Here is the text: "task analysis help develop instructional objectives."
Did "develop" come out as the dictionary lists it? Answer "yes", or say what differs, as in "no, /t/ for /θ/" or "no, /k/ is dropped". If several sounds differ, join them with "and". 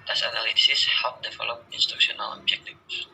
no, /f/ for /v/ and /p/ is dropped